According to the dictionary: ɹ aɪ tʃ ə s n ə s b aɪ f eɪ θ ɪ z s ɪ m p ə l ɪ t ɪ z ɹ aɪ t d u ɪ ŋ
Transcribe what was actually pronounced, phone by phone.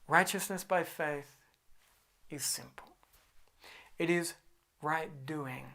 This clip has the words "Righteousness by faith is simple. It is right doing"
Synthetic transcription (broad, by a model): ɹ aɪ tʃ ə s n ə s b aɪ f eɪ θ ɪ z s ɪ m p l ɪ t ɪ z ɹ aɪ t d u ɪ ŋ